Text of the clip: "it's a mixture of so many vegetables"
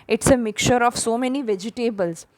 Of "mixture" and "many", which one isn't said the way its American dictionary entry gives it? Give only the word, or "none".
mixture